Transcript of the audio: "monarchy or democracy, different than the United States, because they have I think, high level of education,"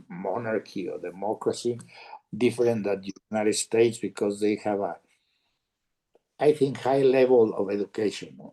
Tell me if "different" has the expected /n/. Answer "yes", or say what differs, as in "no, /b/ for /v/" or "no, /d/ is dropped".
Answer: no, /n/ is dropped